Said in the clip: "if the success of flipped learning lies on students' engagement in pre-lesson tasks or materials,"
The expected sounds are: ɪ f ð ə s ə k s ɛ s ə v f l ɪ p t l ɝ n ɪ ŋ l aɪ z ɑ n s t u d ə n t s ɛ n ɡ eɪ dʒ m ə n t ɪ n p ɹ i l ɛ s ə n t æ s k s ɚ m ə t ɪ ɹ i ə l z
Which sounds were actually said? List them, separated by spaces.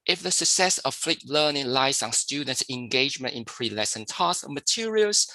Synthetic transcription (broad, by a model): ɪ f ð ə s ə k s ɛ s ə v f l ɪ t l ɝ n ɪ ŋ l aɪ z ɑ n s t u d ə n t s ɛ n ɡ eɪ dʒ m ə n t ɪ n p ɹ i l ɛ s ə n t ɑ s s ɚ m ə t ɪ ɹ i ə l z